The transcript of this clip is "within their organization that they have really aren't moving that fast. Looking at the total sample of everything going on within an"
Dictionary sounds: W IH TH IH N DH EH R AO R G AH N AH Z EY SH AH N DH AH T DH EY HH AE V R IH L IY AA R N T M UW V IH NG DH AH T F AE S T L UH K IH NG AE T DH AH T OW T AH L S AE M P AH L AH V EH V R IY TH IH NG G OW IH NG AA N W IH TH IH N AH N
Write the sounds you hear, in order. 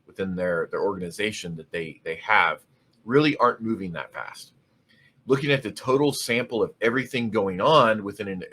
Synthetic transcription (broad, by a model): W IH TH IH N DH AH R AO R G AH N AH Z EY SH AH N DH AH T DH EY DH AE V R IH L IY AA R N M UW V IH NG DH AH T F AE S T L UH K IH NG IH T DH AH T OW T L S AE M P L AH V EH V R IY TH IH NG G OW IH NG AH N W IH TH IH N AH N